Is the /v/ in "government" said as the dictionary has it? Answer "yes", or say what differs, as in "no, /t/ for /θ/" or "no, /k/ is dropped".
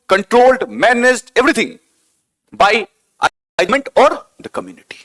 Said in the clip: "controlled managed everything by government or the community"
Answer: no, /v/ is dropped